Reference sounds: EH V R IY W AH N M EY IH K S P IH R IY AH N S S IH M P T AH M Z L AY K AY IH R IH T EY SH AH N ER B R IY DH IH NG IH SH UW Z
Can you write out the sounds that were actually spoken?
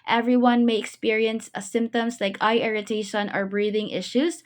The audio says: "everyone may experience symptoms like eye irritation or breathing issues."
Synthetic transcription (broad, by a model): EH V R IY W AH N M EY IH K S P IH R IY AH N S S IH M P T AH M Z L AY K AY IH R IH T EY SH AH N ER B R IY DH IH NG IH SH UW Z